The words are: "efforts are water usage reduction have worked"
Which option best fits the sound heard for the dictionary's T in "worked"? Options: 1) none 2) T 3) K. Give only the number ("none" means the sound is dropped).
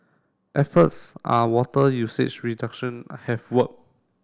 1